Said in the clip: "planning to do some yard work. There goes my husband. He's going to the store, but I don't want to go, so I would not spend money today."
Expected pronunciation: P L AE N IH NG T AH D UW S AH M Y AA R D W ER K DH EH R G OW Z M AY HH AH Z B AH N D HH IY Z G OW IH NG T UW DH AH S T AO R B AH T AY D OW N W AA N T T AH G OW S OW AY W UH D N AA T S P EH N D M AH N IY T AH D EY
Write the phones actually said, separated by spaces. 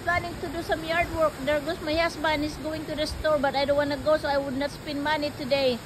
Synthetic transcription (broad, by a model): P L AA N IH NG T AH D UW S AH M Y AA R D W ER K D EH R G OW S M AY HH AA S B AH N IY S G OW IH NG T UW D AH S T AO R B AH T AY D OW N W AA N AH G OW S OW AY W UH D N AA T S P EH N D M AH N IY T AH D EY